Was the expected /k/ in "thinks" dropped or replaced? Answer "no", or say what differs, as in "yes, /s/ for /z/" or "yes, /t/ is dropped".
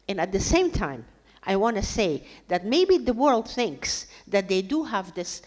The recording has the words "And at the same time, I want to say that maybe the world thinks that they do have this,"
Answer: no